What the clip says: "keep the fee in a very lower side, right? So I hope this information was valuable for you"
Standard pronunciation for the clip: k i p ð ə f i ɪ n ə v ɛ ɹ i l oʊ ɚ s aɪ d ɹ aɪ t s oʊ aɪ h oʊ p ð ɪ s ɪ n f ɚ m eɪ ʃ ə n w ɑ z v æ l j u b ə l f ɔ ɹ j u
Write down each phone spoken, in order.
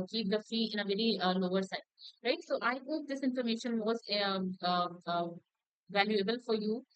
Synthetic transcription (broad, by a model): k i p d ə f i ɪ n ə v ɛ ɹ i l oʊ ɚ s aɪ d ɹ aɪ t s oʊ aɪ h oʊ p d ɪ s ɪ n f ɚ m eɪ ʃ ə n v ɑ z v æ l j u b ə l f ɔ ɹ j u